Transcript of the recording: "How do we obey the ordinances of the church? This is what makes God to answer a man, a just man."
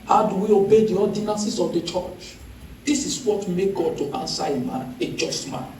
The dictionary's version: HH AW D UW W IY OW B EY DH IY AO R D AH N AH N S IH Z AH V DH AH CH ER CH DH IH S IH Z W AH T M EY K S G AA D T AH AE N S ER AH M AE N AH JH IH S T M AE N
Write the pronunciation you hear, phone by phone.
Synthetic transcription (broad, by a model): HH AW D UW W IY OW B EY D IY AO D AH N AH N S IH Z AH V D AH CH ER CH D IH S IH S W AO T M EY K G AA D T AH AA N S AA AH M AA N AH JH IH S T M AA N